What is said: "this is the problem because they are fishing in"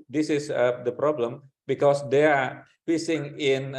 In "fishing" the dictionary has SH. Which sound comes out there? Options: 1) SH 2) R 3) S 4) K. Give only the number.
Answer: 3